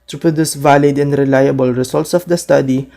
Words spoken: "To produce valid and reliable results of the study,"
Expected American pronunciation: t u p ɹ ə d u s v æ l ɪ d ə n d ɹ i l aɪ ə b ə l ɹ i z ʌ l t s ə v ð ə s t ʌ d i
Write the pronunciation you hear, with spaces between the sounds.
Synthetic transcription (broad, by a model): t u p ɹ ə d u s v æ l ɪ d ə n d ɹ i l aɪ ə b ə l ɹ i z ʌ l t s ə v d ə s t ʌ d i